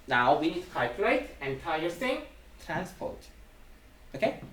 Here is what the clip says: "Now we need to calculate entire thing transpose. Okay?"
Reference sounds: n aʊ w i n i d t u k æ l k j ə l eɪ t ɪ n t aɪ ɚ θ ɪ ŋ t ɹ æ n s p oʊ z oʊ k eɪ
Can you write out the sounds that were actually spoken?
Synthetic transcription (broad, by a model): n aʊ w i n i d t u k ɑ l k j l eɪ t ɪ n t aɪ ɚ s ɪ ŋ t ɹ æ n s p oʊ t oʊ k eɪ